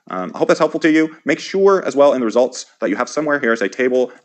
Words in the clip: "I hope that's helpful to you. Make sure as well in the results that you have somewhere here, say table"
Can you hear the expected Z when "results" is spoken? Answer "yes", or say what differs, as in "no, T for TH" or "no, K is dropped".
yes